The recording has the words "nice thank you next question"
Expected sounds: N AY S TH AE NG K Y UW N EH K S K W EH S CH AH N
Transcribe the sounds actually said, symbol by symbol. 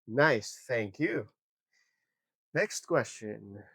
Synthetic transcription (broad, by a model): N AY S TH AE NG K Y UW N EH K S K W EH S CH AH N